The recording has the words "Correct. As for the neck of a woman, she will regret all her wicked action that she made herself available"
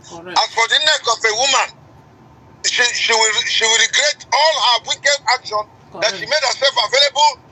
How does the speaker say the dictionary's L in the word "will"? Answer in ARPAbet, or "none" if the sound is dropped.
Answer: W